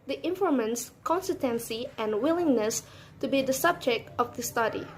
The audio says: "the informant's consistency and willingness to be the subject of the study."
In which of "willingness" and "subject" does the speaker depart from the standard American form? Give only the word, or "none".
none